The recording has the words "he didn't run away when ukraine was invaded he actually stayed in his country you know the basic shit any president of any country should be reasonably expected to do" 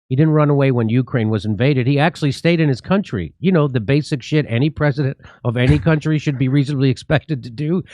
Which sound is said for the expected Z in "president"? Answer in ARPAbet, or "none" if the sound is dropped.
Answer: Z